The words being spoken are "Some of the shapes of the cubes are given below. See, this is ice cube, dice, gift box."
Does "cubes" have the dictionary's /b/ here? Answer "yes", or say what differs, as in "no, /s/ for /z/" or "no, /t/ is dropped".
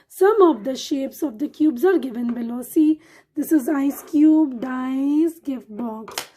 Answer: yes